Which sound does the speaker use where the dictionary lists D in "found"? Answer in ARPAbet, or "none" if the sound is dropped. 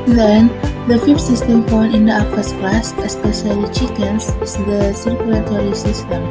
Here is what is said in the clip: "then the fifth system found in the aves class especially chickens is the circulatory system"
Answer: none